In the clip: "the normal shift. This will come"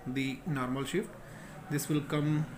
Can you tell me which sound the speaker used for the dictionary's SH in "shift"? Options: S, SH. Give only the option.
SH